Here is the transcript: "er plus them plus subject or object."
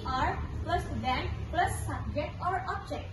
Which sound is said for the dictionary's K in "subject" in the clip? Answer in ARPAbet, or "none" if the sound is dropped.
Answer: none